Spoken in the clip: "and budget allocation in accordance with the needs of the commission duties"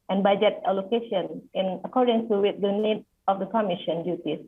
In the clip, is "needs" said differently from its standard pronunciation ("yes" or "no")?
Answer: yes